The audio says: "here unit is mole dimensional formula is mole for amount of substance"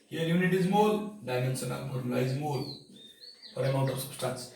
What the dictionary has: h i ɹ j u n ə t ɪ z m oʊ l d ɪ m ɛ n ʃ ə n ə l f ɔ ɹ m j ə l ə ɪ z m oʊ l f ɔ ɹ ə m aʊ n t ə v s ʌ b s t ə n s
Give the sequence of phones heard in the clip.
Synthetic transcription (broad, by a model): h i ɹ j u n ə t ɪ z m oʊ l d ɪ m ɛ n s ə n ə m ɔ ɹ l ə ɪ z m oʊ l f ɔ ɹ ə m aʊ n t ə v s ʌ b s t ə n s